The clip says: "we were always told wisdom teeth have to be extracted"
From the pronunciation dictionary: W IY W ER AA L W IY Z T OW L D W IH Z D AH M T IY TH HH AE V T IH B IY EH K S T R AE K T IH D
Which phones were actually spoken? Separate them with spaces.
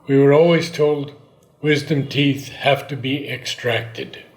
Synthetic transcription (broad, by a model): W IY W ER AA L W IY Z T OW L D W IH Z D AH M T IY TH HH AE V T IH B IY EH K S T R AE K T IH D